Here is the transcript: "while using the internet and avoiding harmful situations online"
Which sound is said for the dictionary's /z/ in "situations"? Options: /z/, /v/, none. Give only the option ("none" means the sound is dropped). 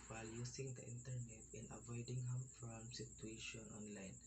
none